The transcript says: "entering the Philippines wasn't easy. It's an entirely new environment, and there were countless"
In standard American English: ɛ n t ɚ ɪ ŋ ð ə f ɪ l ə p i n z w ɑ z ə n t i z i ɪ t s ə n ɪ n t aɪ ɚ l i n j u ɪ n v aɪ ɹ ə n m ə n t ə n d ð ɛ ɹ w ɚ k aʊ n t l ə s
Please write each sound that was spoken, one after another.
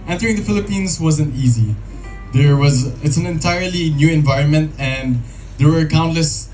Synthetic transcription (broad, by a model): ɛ n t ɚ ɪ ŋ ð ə f ɪ l ə p i n z w ɑ z ə n t i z i ɪ t s ə n ɪ n t aɪ ɚ l i n j u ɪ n v aɪ ɹ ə n m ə n t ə n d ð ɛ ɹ w ɚ k aʊ n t l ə s